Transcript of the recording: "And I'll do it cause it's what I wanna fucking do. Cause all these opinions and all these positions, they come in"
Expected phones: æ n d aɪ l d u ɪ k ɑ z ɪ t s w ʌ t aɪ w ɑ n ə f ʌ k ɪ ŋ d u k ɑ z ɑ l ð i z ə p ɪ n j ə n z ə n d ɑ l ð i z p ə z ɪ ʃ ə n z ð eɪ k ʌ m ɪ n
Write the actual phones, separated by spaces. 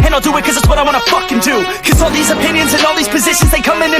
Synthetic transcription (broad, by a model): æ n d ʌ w ɪ k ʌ z ɪ t s w ʌ t aɪ w ɑ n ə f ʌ k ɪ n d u k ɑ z ɑ l ð i z ə p ɪ n j ə n z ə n ɑ l ð i z p ə z ɪ ʃ ə n z ð eɪ k ʌ m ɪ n